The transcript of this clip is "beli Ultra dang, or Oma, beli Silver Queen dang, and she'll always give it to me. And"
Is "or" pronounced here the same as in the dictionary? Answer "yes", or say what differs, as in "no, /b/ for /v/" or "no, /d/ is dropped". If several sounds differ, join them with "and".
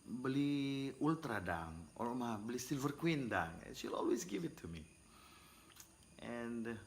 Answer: no, /l/ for /ɹ/